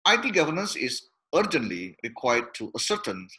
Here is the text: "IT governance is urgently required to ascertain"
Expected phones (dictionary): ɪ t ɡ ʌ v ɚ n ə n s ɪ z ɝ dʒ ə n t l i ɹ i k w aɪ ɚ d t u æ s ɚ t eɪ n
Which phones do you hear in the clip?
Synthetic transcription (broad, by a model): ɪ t ɡ ʌ v ɚ n ə n s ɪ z ɝ dʒ ə n t l i ɹ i k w aɪ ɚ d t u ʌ s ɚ t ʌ n